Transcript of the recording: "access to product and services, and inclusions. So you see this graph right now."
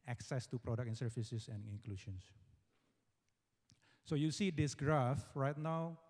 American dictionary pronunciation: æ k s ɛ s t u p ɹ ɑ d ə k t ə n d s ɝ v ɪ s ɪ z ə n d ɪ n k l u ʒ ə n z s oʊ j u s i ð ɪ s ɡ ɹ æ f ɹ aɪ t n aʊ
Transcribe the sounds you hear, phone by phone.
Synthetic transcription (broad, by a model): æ k s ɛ s t u p ɹ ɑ d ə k ə n s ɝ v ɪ s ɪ s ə n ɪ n k l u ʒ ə n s s oʊ j u s i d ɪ s ɡ ɹ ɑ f ɹ aɪ t n aʊ